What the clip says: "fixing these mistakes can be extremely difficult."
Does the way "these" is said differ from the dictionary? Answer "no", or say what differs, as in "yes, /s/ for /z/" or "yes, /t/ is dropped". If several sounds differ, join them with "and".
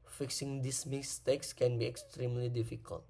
yes, /s/ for /z/